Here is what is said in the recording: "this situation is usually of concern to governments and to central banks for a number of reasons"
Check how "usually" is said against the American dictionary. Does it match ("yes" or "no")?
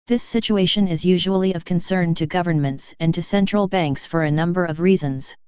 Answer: yes